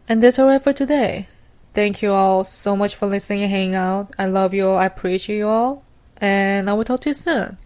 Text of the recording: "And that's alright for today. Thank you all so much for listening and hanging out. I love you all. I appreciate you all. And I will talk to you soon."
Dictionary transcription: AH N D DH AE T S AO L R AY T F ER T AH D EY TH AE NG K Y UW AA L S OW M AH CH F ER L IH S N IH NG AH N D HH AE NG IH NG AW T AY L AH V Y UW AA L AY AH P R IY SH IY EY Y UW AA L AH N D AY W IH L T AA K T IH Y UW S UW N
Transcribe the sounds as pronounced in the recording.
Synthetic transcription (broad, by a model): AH N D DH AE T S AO R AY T F ER T AH D EY TH AE NG K Y UW AA L S OW M AH CH F ER L IH S N IH NG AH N HH AE NG IH NG AW T AY L AH V Y UW AA L AY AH P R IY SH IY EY Y UW AA L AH N AY W IH L T AA K T IH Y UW S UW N